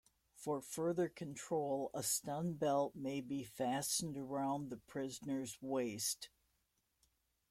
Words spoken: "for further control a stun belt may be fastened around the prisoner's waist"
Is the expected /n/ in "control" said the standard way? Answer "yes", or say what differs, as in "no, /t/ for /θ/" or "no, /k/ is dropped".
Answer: yes